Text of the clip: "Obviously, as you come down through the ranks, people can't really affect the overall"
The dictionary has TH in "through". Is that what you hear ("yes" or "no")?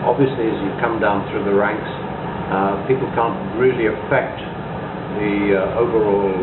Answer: yes